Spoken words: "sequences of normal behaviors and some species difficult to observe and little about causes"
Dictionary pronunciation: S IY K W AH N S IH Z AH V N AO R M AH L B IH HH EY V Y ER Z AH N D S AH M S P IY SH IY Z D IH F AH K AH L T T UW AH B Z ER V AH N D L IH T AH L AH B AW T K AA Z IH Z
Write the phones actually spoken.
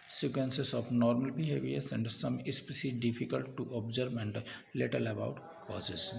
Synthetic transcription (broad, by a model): S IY K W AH N S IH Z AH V N AO R M AH L B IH HH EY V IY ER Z AH N D S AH M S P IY S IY D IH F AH K AH L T T UW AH B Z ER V AH N D L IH T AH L AH B AW T K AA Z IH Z